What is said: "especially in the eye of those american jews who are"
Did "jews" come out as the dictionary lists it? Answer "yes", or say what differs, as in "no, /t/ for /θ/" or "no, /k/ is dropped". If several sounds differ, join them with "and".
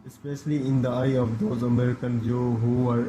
no, /z/ is dropped